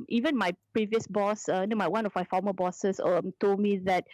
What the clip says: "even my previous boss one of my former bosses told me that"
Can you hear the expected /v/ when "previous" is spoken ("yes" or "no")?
yes